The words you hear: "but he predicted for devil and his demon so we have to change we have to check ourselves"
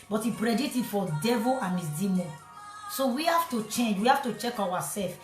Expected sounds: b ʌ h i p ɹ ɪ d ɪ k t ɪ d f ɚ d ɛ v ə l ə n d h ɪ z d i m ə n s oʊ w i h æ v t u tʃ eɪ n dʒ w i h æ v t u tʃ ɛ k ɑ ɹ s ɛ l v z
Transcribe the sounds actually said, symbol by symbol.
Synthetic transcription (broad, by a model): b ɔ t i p ɹ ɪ d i t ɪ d f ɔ d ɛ v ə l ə n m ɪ s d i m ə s s oʊ w i h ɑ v t u tʃ eɪ n dʒ w i h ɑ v t u tʃ ɛ k ɑ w s ɛ l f